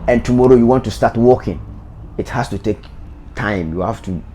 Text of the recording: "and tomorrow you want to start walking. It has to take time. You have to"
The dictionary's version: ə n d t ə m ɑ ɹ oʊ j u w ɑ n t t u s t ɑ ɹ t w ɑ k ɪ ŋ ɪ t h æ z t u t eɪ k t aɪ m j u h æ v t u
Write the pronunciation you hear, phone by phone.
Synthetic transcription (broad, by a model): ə n t ə m ɑ ɹ oʊ j u w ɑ n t t u s t ɑ t w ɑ k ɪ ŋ ɪ t h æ s t u t eɪ k t aɪ m j u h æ f t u